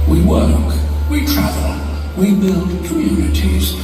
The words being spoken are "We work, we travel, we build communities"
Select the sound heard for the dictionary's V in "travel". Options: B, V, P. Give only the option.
V